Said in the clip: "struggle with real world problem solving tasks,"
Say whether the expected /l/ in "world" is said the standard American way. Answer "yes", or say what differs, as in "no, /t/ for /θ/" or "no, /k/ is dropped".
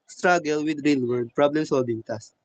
no, /l/ is dropped